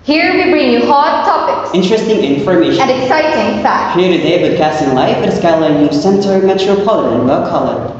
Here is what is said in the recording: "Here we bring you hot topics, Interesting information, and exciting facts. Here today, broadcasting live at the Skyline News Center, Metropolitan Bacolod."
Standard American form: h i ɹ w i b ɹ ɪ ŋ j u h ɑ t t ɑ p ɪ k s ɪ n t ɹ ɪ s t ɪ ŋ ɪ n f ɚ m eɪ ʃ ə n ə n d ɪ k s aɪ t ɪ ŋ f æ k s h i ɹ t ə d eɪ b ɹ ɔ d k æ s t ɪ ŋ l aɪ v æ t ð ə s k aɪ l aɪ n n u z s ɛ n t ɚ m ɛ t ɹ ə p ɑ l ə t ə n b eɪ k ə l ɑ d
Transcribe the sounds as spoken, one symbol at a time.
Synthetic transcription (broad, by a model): h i ɹ w i b ɹ ɪ ŋ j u h ɑ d t ɑ p ɪ k s ɪ n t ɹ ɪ s t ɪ ŋ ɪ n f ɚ m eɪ ə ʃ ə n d ɪ k s aɪ t ɪ ŋ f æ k h i ɹ t ə d eɪ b ɪ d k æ s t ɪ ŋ l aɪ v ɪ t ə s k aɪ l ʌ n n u s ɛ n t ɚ m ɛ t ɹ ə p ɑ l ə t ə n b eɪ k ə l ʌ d